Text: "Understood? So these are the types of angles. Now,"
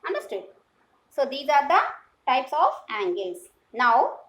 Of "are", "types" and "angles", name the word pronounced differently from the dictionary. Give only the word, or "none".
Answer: angles